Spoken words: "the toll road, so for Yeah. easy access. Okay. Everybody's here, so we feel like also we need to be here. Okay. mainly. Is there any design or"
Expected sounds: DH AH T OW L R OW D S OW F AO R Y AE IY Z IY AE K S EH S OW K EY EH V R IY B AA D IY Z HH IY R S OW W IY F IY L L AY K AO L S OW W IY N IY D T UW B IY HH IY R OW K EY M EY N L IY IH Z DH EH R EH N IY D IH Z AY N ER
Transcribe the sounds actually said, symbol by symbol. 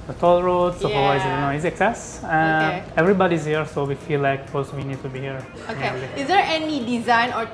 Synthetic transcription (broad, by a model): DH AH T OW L R OW D S OW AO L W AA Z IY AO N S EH S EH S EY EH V R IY B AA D IY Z HH IY R S OW W IY F IY L L AY K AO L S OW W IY N IY D T UW B IY HH IY R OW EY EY L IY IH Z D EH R EH N IY D IH Z AY N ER